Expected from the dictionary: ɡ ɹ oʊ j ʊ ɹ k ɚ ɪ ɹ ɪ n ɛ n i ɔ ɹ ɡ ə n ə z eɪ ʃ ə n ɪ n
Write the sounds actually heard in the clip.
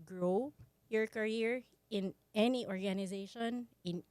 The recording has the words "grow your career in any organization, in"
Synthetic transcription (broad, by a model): ɡ ɹ oʊ j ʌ ɹ k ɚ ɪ ɹ ɪ n ɛ n i ɔ ɹ ɡ ə n ə z eɪ ʃ ə n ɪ n